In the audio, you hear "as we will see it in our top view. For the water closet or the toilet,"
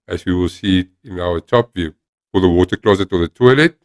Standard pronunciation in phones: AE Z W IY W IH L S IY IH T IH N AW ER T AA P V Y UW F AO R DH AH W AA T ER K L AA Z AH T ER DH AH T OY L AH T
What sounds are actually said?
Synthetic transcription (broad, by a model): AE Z W IY W IH L S IY IH T IH N AW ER T AA P V Y UW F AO L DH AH W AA T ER K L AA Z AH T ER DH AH T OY L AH T